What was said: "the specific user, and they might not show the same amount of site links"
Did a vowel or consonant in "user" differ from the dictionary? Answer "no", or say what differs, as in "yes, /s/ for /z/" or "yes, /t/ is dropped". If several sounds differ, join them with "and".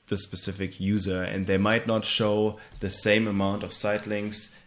no